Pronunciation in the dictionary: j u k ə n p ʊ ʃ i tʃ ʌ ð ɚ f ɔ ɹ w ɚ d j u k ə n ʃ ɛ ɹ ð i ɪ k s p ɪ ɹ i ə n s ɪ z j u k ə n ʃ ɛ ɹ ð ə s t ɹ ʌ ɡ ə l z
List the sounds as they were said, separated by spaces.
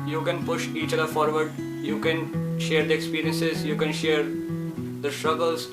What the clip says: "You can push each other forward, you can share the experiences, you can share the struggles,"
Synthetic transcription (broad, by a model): j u k ə n p ʊ ʃ i tʃ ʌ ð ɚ f ɔ ɹ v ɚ d j u k ə n ʃ ɛ ɹ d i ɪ k s p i ɹ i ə n s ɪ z j u k ə n ʃ ɛ ɹ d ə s t ɹ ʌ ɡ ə l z